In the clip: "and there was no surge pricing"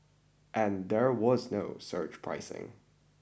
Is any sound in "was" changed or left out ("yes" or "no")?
no